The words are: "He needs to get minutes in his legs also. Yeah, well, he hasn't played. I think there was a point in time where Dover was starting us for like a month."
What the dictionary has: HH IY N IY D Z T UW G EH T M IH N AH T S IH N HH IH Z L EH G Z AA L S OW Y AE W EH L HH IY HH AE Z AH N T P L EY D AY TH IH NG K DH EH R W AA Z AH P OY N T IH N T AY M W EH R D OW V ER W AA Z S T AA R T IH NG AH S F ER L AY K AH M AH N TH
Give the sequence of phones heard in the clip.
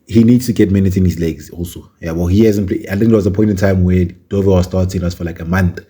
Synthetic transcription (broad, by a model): HH IY N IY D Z T UW G EH T M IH N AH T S IH N HH IH Z L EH G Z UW S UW Y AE W EH L HH IY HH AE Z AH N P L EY AY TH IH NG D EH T W AA Z AH P OY N T IH N T AY M W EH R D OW V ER W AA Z S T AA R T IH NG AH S F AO L AY K AH M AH N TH